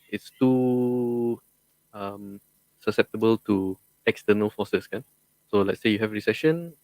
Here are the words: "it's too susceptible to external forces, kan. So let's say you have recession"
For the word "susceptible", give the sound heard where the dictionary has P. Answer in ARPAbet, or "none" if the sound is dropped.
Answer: P